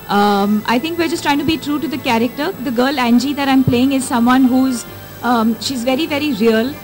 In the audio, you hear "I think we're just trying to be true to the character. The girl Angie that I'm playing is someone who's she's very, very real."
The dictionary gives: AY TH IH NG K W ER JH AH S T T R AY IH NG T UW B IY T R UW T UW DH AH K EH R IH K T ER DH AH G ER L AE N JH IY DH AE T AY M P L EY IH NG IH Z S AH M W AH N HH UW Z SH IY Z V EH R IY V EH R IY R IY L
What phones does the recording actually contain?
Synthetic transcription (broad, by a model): AY T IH NG K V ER JH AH S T T R AY IH NG T UW B IY T R UW T UW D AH K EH R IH K T ER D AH G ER L AE N JH IY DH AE T AY M P L EY IH NG IH Z S AH M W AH N HH UW Z SH IY Z V EH R IY V EH R IY R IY L